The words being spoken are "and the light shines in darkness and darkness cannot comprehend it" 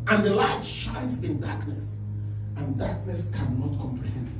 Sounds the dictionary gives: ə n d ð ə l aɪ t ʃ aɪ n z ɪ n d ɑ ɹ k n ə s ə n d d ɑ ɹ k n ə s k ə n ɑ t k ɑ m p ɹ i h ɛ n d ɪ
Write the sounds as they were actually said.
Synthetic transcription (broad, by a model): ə n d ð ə l aɪ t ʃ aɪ z ɪ n d ɑ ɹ k n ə s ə n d d ɑ ɹ k n ə s k ə n ɑ t k ɑ m p ɹ i h ɛ n d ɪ